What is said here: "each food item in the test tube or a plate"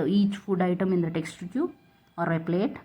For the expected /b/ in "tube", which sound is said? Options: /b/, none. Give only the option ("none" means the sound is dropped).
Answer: none